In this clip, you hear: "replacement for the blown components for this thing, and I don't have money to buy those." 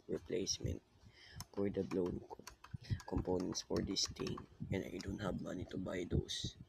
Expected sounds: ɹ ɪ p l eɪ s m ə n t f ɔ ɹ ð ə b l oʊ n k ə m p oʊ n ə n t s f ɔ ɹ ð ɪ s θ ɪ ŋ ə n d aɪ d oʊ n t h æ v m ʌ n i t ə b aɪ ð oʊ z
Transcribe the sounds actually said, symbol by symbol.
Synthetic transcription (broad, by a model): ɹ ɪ p l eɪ s m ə n t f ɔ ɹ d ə b l oʊ n k ə m p oʊ n ə n t s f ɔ ɹ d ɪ s t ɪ ŋ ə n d aɪ d oʊ n t h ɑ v m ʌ n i t ə b aɪ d oʊ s